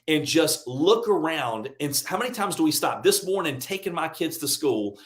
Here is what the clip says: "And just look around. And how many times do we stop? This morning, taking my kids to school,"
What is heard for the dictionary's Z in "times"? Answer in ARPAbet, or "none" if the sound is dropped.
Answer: Z